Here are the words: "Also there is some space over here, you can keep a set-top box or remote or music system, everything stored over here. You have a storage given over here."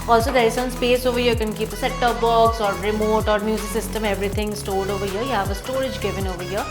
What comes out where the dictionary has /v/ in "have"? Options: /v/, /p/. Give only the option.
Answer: /p/